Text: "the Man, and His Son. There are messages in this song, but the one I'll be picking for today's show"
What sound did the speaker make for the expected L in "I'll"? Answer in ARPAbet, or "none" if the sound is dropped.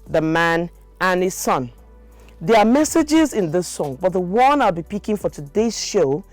L